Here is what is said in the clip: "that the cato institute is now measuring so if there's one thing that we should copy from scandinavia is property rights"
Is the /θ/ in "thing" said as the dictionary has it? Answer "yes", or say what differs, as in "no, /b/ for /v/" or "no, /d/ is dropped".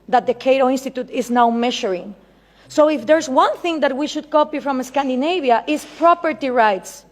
yes